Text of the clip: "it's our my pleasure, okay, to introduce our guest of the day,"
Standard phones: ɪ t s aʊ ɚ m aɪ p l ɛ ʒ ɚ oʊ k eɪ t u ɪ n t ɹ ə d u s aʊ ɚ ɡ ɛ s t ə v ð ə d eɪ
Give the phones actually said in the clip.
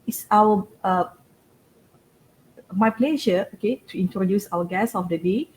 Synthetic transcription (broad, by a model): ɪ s aʊ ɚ m aɪ p l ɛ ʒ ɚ oʊ k eɪ t u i n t ɹ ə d u s aʊ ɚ ɡ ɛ s ə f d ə d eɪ